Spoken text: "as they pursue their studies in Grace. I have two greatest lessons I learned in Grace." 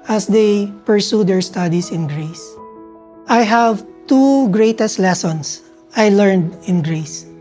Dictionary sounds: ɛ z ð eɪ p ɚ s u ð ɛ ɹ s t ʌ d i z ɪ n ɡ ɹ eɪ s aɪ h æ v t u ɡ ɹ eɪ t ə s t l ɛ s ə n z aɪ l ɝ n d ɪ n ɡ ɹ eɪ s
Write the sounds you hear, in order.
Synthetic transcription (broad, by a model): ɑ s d eɪ p ɚ s u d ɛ ɹ s t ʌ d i s ɪ n ɡ ɹ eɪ s aɪ h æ v t u ɡ ɹ eɪ t ə s t l ɛ s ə n s aɪ l ɝ n d ɪ n ɡ ɹ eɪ s